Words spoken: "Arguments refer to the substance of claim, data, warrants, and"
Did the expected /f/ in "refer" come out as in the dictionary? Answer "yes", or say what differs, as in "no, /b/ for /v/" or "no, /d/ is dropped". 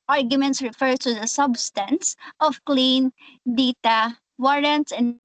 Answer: yes